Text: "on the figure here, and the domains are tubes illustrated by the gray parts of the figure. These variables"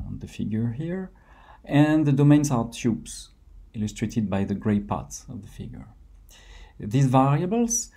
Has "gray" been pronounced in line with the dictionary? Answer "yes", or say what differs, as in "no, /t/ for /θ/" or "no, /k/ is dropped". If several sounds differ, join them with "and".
yes